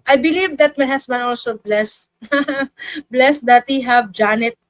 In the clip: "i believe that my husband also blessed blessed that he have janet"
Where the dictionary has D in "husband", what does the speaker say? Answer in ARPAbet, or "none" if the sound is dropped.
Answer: none